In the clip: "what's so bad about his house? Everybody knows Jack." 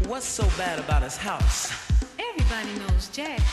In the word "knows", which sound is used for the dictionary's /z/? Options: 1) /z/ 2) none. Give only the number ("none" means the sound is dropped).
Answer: 1